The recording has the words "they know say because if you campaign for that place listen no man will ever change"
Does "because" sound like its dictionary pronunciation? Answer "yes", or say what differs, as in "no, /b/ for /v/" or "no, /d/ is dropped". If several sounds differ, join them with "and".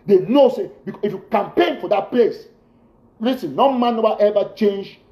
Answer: no, /z/ is dropped